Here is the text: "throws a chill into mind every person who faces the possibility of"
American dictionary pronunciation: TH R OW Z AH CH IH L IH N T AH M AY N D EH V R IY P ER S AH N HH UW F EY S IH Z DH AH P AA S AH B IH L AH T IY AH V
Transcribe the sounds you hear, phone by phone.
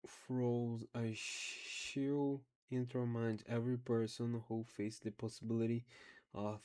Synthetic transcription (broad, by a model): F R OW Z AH SH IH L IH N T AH M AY N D EH V R IY P ER S AH N HH UW F EY IH S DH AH P AA S AH B IH L AH T IY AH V